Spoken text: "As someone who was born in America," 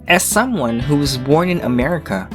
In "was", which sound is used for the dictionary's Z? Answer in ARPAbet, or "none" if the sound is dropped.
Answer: Z